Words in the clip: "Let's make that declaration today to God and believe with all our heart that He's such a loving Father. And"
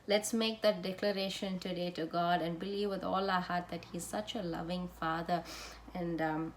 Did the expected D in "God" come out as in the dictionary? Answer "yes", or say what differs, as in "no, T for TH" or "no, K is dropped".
yes